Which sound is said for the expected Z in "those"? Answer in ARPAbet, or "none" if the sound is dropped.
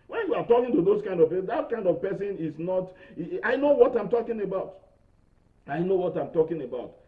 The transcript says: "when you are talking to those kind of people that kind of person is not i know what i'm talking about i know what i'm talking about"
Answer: S